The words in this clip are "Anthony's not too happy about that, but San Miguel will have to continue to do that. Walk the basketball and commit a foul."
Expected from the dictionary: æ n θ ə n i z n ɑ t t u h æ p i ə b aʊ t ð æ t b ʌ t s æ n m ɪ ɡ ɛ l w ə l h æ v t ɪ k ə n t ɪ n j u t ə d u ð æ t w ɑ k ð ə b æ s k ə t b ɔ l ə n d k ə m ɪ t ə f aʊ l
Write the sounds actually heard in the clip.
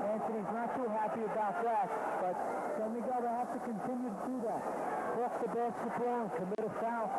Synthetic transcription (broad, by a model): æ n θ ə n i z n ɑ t t u h æ p i ə b aʊ t ð æ t b ʌ t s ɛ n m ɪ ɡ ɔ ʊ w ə h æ f t ɪ k ə n t ɪ n j u t ə d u ð æ t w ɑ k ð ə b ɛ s ə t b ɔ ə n k ə m ɪ t ə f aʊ